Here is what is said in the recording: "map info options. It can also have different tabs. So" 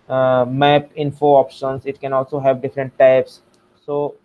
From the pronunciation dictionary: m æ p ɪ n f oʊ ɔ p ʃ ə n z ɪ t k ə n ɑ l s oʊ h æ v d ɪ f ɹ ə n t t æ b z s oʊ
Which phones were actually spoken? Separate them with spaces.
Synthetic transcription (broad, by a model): m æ p ɪ n f oʊ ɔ p ʃ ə n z ɪ t k ə n ɑ l s oʊ h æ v d ɪ f ɹ ə n t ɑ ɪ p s s oʊ